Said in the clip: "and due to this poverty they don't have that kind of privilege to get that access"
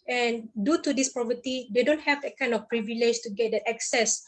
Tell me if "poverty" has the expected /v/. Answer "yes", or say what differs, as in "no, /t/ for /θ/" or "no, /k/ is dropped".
no, /p/ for /v/